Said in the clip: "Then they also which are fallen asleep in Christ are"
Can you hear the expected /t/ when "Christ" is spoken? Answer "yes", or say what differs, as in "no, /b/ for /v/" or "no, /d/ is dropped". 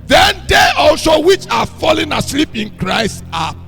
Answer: yes